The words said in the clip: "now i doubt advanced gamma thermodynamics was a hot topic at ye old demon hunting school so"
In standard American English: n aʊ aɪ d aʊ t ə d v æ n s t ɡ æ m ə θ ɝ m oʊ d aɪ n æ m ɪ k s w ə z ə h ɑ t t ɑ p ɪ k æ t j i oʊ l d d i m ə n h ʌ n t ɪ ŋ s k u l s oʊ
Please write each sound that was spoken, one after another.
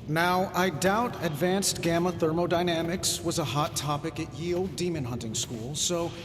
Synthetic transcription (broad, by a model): n aʊ aɪ d aʊ t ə d v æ n s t ɡ æ m ə θ ɝ m oʊ d aɪ n æ m ɪ k s w ə z ə h ɑ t t ɑ p ɪ k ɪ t j i oʊ l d d i m ə n h ʌ n t ɪ ŋ s k u l s oʊ